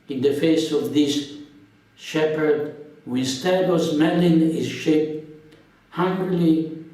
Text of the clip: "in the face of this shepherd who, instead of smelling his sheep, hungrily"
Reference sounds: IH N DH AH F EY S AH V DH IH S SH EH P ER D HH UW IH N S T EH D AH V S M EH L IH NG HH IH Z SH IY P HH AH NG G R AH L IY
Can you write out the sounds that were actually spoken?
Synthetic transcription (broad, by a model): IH N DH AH F EY S AH V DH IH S SH EH P ER D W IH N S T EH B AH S M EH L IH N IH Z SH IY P HH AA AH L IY